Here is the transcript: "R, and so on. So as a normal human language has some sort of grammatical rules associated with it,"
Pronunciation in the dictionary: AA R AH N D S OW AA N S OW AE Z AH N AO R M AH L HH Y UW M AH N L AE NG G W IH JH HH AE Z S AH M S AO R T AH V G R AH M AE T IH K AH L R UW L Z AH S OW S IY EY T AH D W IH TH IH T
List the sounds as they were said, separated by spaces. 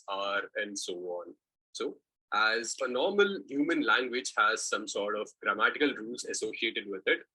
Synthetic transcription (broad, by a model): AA R AH N D S OW AA N S OW AE Z AH N AO R M AH L HH Y UW M AH N L AE NG G W IH JH HH AE Z S AH M S AO R T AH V G R AH M AE T IH K AH L R UW L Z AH S OW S IY EY T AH D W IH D IH T